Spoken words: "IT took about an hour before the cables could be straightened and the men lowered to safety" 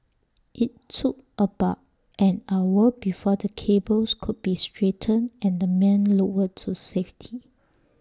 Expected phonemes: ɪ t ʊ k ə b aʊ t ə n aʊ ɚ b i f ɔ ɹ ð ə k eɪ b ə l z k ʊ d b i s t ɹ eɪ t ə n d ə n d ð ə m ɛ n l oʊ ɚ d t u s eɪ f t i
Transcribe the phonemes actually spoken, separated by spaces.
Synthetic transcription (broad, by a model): ɪ t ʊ k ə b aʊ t ə n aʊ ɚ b i f ɔ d ə k eɪ b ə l s k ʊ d b i s t ɹ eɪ t ə n ə n d ə m ɛ n l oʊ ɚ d t u s eɪ f t i